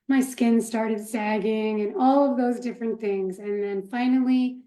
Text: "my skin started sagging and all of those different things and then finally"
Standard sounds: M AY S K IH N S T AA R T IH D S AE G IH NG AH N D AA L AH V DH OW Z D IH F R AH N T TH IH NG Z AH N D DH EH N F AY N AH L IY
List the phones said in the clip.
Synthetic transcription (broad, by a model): M AY S K IH N S T AA R T IH D S AE G IH NG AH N AA L AH V DH OW Z D IH F R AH N TH IH NG Z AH N DH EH N F AY N L IY